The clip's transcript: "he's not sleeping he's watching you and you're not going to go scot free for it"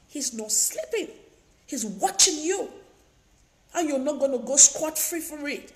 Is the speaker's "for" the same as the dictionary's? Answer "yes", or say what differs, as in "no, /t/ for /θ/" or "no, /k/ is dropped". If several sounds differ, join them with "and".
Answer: yes